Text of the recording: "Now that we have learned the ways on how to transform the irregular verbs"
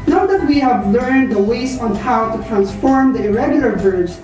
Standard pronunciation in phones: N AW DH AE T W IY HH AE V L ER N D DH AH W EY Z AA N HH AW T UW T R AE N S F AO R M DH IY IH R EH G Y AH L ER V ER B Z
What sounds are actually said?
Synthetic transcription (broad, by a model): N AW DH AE T W IY HH AE V L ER N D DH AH W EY S AA N HH AW T UW T R AE N S F AO R M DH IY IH R EH G Y L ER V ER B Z